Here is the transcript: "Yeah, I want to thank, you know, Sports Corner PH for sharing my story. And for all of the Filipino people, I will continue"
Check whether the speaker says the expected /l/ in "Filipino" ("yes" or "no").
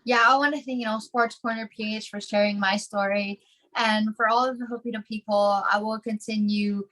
no